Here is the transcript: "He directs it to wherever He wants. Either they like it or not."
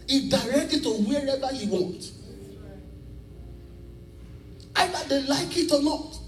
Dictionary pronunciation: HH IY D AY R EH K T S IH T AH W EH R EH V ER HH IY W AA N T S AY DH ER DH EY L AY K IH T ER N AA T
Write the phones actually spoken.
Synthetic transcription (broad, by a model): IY D AY R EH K T IH T AH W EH R EH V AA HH IY W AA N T AY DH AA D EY L AY K IH T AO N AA T